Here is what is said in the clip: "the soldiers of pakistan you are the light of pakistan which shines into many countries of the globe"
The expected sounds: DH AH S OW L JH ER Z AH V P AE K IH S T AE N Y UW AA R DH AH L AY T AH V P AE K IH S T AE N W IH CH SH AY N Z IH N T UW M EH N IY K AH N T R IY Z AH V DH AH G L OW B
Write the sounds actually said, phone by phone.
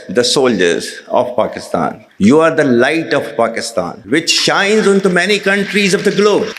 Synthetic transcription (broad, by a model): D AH S OW L JH ER Z AH V P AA K IH S T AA N Y UW AA R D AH L AY T AH V P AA K IH S T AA N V IH CH SH AY N Z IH N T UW M EH N IY K AH N T R IY Z AH V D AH G L OW B